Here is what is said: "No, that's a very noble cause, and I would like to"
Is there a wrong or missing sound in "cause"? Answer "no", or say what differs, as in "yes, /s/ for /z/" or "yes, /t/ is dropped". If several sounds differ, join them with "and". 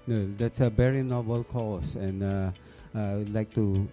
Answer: yes, /s/ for /z/